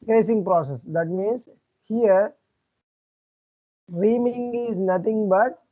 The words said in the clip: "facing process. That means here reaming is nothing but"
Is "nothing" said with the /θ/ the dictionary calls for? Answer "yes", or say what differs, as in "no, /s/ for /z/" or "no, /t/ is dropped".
no, /t/ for /θ/